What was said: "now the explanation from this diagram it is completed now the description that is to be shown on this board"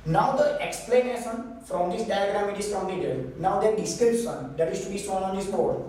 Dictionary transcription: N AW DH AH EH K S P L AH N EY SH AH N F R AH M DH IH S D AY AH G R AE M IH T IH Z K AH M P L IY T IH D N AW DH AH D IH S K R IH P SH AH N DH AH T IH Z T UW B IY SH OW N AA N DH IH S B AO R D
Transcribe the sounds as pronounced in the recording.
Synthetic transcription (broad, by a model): N AW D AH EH K S P L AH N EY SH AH N F R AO M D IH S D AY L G R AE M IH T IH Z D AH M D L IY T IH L N AW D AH D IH S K R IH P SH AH N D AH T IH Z T UW B IY S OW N AA N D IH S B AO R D